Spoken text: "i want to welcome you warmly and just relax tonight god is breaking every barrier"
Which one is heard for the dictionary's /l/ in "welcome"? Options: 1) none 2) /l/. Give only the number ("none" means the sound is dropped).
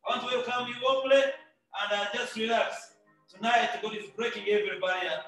1